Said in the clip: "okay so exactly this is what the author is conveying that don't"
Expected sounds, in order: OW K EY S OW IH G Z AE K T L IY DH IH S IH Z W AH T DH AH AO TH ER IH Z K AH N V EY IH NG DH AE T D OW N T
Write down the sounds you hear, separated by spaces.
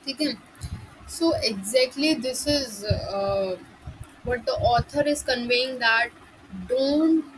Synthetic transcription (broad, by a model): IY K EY S OW IH G Z AE K T L IY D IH S IH Z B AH T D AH AO T ER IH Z K AH N V EY IH NG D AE T D OW N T